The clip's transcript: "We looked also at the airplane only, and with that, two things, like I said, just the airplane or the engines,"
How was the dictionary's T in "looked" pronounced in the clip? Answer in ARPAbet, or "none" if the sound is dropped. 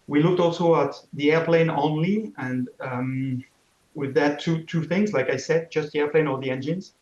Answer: T